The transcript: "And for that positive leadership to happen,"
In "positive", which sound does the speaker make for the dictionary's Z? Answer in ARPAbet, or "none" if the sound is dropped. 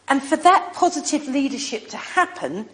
Z